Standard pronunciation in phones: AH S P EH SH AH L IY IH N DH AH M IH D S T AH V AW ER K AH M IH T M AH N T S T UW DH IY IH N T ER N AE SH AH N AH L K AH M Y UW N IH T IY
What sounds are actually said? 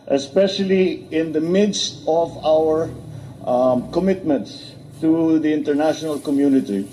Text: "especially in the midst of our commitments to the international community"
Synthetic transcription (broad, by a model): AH S P EH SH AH L IY IH N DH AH M IH D S T AH V AW ER K AH M IH T M AH N T S T UW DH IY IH N T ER N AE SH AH N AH L K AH M Y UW N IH T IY